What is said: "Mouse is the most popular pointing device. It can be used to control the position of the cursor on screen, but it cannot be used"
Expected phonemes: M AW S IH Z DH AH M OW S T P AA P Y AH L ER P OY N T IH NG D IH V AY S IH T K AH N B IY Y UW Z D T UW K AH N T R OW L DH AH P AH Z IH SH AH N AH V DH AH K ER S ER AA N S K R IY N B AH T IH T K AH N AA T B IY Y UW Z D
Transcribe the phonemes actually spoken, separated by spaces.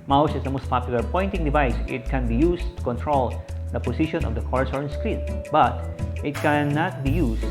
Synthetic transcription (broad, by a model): M AW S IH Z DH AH M OW S T P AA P Y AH L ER P OY N T IH NG D IH V AY S IH T K AH N B IY Y UW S T UW K AH N T R OW L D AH P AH S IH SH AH N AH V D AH K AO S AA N S K R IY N B AH T IH T K AH N AA T B IY Y UW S